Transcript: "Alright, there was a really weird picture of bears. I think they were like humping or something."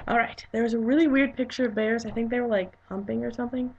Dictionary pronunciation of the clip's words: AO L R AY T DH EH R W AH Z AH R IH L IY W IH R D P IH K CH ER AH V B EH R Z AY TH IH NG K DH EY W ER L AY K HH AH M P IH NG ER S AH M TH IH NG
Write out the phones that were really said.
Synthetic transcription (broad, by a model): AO L R AY T DH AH R W AH Z AH R IH L IY W IH R D P IH K CH ER AH V B EH R Z AY TH IH NG K DH EY W ER L AY K HH AH M P IH NG ER S AH M TH IH NG